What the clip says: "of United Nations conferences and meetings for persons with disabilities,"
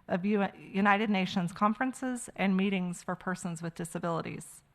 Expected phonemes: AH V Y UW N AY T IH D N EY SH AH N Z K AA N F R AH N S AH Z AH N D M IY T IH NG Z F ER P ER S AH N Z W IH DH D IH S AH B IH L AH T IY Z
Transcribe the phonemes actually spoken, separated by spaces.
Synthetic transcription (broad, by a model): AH V Y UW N AY T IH D N EY SH AH N Z K AA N F R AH N S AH Z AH N M IY T IH NG Z F ER P ER S AH N Z W IH DH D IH S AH B IH L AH T IY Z